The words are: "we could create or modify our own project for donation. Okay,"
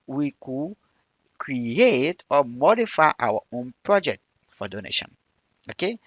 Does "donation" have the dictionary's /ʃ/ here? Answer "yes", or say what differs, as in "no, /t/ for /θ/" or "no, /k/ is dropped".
yes